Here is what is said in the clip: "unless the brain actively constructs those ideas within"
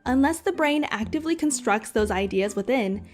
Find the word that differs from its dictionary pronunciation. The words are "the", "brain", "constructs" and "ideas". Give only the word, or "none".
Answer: none